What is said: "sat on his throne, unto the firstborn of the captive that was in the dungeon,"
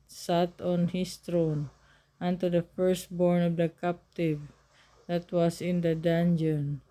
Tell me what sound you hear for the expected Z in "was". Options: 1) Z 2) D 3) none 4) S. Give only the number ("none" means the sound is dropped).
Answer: 4